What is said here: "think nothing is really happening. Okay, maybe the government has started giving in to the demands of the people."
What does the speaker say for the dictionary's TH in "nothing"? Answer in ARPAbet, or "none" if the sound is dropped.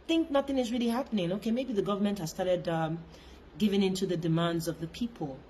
TH